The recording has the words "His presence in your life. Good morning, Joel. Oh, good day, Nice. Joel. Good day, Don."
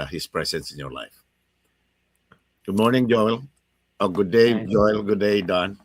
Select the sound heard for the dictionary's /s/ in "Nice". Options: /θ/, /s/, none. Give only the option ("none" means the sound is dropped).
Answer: none